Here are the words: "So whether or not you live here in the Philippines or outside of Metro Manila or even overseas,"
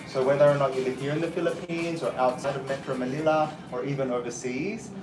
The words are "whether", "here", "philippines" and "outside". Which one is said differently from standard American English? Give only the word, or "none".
none